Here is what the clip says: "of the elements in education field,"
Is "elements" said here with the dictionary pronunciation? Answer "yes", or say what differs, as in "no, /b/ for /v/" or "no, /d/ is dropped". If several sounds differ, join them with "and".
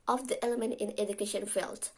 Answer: no, /s/ is dropped